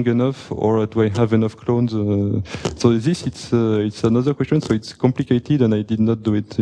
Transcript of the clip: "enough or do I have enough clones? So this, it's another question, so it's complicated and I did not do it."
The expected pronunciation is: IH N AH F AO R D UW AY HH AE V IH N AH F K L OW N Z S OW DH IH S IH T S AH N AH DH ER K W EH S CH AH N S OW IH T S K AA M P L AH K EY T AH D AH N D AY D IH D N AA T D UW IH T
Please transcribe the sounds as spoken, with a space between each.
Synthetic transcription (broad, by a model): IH N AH F AO R D UW AY HH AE V IH N AH F K L OW N Z S OW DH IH S IH T S AH N AH DH ER K W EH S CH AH N S OW IH T S K AA M P L AH K EY T AH D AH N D AY D IH D N AA T D UW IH T